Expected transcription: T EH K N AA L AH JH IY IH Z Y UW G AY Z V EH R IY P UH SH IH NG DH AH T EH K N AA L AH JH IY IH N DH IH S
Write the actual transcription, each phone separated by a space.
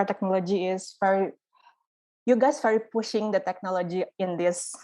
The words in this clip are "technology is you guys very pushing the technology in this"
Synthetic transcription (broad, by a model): T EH K N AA L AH JH IY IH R Y UW G AY S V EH R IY P UH SH IH NG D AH T EH K N AA L AH JH IY IH N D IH S